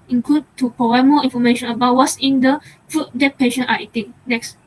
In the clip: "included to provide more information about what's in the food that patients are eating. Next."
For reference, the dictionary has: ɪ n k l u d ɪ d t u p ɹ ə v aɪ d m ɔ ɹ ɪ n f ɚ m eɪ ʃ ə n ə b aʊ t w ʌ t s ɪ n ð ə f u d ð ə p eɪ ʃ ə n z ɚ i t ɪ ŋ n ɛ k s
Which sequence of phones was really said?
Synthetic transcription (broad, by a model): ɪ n k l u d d t u p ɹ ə w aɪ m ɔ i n f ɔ m eɪ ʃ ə n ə b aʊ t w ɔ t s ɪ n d ə f u d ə p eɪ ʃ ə n ɑ i t ɪ ŋ n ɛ k s